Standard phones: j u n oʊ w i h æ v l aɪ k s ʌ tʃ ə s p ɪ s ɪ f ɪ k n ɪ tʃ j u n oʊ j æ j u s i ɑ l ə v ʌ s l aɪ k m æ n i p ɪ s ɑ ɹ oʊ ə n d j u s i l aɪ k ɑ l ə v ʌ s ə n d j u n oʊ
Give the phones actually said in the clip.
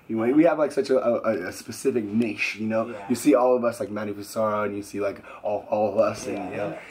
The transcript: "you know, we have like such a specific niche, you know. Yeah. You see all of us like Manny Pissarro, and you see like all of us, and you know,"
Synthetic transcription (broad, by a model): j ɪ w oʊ w i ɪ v l aɪ k s ʌ tʃ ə s p ɪ s ɪ f ɪ k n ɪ ʃ j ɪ n oʊ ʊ j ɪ s i ɑ l ə v ʌ s l aɪ k m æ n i f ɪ s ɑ ɹ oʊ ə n j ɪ s i l aɪ k ɑ l ə v ʌ s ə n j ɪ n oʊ